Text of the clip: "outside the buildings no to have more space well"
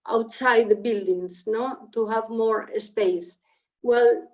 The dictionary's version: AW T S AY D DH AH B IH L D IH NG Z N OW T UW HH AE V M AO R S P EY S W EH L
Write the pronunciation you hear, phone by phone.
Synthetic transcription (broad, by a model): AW T S AY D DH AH B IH L D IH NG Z N OW T UW HH AE V M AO R S P EY S W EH L